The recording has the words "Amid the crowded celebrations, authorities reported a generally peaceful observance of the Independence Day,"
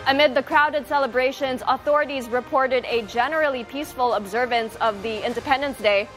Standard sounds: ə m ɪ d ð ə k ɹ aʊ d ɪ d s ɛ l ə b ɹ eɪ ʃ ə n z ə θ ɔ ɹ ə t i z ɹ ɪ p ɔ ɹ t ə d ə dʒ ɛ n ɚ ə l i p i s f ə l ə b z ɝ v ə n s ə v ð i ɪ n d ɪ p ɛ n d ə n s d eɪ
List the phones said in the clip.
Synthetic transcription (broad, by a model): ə m ɪ d ð ə k ɹ aʊ d ɪ d s ɛ l ə b ɹ eɪ ʃ ə n z ə θ ɔ ɹ ə t i z ɹ ɪ p ɔ ɹ t ə d ə dʒ ɛ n ɚ l i p i s f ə l ə b z ɝ v ə n s ə v ð i ɪ n d ɪ p ɛ n d ə n s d eɪ